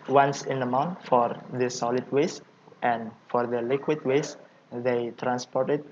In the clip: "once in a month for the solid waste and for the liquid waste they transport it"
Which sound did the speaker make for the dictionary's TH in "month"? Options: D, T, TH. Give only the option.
T